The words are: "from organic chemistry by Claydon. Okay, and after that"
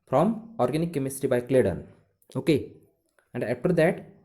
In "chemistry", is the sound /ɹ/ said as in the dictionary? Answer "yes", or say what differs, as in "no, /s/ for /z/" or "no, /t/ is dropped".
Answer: no, /ɹ/ is dropped